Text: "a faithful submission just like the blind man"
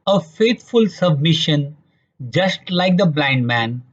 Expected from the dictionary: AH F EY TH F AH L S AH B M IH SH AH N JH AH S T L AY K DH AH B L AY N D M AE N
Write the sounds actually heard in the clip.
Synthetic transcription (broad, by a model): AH F EY T F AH L S AH B M IH SH AH N JH AH S T L AY K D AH B L AY N D M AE N